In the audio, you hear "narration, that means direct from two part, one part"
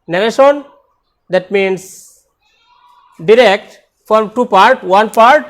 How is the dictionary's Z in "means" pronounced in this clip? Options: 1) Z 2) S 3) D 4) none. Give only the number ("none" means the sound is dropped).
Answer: 2